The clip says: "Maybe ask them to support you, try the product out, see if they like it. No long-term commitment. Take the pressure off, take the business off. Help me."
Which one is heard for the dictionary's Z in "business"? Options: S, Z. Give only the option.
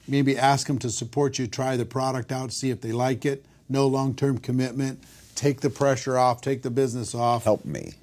Z